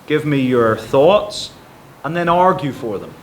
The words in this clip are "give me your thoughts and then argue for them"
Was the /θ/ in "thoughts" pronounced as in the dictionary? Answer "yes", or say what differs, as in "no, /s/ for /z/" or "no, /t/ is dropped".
yes